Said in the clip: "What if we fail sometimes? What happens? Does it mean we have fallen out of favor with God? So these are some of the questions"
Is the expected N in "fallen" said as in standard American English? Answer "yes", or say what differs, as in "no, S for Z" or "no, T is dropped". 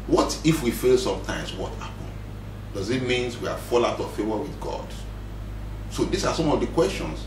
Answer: no, N is dropped